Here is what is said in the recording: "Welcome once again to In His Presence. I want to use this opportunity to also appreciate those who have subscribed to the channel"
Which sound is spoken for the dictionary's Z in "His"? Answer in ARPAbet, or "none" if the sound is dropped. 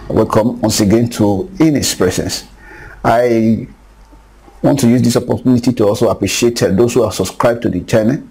S